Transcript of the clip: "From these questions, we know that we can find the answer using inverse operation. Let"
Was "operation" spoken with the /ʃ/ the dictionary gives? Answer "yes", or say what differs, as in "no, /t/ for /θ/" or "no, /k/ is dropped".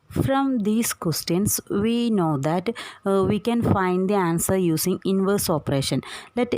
yes